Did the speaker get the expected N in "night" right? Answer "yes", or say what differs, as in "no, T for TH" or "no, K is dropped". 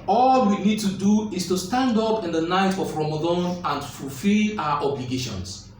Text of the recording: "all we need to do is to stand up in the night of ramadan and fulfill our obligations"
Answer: yes